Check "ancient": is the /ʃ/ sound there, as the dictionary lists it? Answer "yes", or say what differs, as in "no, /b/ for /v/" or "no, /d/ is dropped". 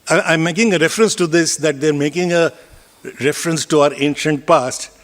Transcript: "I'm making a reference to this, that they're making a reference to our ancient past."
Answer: yes